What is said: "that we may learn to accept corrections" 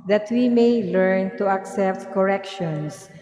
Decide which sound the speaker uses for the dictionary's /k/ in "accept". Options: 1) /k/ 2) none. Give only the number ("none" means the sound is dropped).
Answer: 1